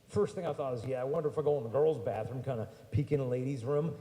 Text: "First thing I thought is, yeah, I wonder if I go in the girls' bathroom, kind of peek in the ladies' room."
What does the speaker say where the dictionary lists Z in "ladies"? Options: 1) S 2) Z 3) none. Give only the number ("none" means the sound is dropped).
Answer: 2